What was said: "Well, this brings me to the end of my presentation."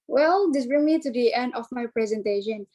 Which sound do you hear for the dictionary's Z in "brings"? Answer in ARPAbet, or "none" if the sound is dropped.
none